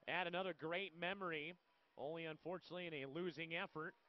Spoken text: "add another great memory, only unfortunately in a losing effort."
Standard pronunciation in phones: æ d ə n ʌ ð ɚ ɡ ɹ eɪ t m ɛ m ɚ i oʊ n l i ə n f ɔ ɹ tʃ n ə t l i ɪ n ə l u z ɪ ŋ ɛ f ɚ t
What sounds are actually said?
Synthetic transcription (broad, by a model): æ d ə n ʌ ð ɚ ɡ ɹ eɪ t m ɛ m ɚ i oʊ n l i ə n f ɔ ɹ tʃ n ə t l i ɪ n ə l u z ɪ ŋ ɛ f ɚ t